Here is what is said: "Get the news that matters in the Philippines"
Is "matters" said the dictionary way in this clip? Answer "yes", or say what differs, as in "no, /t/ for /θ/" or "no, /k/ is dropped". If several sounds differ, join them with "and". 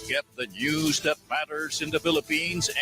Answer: yes